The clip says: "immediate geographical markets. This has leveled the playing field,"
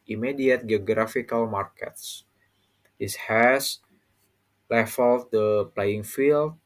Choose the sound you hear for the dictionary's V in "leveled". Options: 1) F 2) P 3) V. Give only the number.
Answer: 1